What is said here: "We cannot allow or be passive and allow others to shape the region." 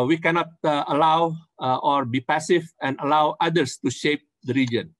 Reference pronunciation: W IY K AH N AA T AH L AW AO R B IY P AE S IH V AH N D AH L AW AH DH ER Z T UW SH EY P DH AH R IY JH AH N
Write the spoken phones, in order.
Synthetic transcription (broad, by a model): W IY K AH N AA T AH L AW AO R B IY P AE S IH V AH N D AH L AW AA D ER S T UW SH EY P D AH R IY JH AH N